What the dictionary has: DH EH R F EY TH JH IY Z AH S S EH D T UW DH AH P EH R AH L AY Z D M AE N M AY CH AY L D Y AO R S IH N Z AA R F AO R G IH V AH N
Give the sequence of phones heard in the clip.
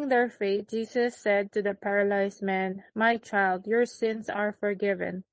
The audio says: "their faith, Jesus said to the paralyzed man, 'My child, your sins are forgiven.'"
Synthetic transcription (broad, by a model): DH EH R F EY T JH IY S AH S S EH D T UW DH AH P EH R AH L AY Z M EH N M AY CH AY L D Y AO R S IH N S AA R F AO R G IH V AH N